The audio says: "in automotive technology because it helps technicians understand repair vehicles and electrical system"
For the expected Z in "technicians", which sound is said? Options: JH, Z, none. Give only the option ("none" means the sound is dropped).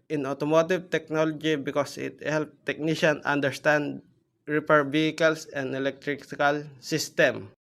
none